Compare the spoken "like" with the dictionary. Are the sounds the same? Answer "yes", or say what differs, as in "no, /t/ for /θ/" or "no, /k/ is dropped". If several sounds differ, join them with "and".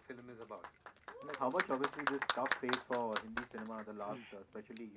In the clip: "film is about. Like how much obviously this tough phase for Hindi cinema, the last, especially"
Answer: no, /n/ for /l/